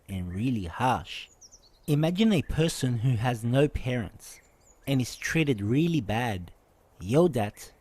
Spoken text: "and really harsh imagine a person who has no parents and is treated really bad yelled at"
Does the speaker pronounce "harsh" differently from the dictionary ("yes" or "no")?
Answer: no